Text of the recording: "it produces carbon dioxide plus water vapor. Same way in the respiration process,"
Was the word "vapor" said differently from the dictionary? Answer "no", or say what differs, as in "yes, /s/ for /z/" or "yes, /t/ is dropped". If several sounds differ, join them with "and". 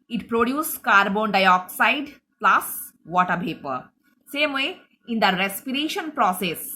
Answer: yes, /p/ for /v/